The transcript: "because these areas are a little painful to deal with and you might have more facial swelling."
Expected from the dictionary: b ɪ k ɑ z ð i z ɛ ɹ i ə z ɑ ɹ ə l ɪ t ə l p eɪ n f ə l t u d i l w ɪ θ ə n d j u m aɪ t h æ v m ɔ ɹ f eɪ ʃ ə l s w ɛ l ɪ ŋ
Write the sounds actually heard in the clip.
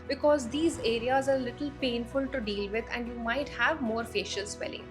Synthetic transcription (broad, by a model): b ɪ k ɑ z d i z ɛ ɹ i ə z ɑ ɹ l ɪ t ə l p eɪ n f ə l t u d i l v ɪ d ə n d j u m aɪ t h æ v m ɔ ɹ f eɪ ʃ ə l s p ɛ l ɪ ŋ